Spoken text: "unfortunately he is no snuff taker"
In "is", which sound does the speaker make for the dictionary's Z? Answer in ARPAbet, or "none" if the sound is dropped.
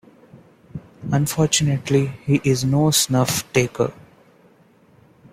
Z